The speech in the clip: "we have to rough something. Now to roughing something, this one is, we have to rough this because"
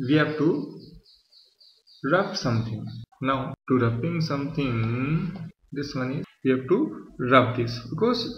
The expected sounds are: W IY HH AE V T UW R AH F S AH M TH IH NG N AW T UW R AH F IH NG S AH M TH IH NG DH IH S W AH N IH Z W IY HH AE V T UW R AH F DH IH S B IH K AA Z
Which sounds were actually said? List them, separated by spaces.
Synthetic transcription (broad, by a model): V IY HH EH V T UW R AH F S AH M T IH NG N AW T UW R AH P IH NG S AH M T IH NG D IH S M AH N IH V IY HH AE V T UW R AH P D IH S B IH K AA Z